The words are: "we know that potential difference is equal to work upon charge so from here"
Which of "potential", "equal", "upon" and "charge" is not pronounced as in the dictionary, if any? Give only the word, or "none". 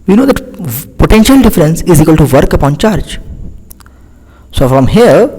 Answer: none